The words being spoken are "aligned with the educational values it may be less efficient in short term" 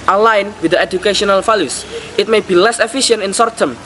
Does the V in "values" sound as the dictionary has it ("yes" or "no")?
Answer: no